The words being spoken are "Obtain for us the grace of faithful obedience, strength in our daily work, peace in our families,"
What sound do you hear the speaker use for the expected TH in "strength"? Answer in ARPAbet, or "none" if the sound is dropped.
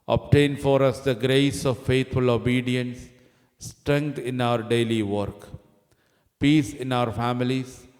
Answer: T